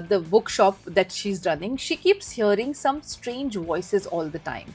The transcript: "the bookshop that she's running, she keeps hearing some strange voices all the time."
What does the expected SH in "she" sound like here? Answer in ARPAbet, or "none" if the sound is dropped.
SH